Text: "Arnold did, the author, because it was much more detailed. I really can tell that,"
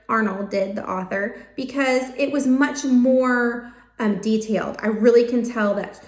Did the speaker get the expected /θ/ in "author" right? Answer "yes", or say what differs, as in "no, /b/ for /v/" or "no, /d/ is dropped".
yes